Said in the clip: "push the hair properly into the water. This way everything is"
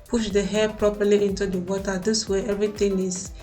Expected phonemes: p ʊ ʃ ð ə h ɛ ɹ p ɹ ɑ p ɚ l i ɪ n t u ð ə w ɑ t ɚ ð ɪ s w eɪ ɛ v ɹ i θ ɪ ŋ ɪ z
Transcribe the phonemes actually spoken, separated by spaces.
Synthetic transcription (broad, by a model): p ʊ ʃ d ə h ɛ p ɹ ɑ p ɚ l i ɪ n t u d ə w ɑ t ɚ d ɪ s w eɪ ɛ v ɹ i t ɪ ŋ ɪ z